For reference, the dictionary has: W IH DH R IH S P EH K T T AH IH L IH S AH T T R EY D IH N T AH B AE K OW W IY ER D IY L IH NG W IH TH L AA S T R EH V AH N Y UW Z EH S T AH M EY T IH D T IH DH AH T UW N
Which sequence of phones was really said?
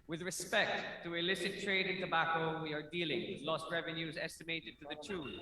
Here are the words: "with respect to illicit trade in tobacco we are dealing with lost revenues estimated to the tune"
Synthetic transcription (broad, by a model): W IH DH R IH S P EH K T T AH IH L IH S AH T T R EY D IH N T AH B AE K OW W IY ER D IY L IH NG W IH L AA S T R EH V AH N Y UW Z EH S T AH M EY T IH D T IH DH AH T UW